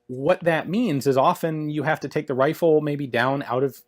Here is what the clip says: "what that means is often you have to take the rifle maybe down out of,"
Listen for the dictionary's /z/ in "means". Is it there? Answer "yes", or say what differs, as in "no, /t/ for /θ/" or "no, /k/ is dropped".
yes